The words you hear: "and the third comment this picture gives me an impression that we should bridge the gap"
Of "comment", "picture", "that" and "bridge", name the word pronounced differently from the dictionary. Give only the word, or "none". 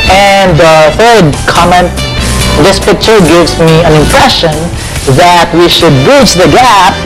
bridge